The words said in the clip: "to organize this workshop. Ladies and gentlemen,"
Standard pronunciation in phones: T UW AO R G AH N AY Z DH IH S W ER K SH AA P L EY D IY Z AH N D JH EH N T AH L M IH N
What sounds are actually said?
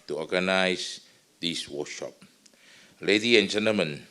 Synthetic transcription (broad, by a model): T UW AO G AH N AY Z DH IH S W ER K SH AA P L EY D IY AH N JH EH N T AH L M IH N